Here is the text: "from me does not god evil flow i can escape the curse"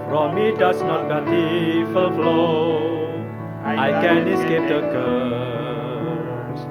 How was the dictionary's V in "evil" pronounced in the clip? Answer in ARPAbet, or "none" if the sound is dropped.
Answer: F